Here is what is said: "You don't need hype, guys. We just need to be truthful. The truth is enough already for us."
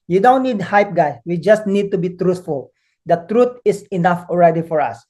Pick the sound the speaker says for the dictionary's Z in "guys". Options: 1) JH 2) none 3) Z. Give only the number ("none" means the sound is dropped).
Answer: 2